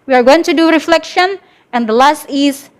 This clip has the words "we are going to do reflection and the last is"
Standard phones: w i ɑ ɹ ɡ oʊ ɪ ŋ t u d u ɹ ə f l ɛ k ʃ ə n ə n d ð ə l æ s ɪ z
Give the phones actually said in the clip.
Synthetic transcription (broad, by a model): w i ɑ ɹ ɡ oʊ ɪ ŋ t u d u ɹ ə f l ɛ k ʃ ə n ə n d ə l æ s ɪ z